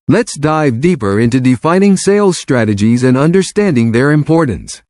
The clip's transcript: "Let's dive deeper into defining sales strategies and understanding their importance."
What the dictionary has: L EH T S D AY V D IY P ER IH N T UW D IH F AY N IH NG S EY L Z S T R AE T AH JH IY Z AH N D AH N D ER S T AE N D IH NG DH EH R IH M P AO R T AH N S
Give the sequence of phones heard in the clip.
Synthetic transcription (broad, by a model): L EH T S D AY V D IY P ER IH N T UW D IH F AY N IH NG S EY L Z S T R AE T AH JH IY Z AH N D AH N D ER S T AE N D IH NG DH EH R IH M P AO R T N S